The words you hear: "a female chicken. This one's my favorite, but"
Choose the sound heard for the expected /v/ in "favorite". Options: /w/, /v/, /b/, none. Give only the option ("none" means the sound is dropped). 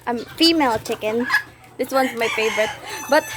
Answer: /v/